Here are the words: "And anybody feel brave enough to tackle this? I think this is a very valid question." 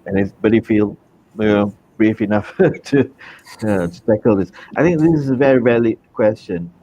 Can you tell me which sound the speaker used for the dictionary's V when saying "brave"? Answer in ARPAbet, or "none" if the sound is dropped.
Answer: F